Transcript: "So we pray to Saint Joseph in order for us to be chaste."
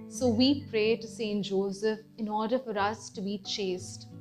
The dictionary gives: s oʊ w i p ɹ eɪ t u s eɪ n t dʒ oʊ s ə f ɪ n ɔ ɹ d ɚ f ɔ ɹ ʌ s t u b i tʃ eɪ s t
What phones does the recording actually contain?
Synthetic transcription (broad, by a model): s oʊ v i p ɹ eɪ t u s eɪ n t dʒ oʊ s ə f ɪ n ɔ ɹ d ɚ f ɔ ɹ ʌ s t u b i tʃ eɪ s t